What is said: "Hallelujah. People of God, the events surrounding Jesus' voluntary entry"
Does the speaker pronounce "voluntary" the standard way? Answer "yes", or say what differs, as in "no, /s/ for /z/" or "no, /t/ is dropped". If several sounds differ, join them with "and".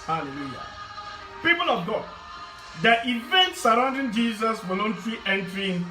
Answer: no, /w/ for /v/